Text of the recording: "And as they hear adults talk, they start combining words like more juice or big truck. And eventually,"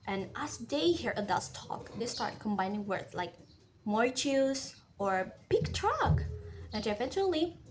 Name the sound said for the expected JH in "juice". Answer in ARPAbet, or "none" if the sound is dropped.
CH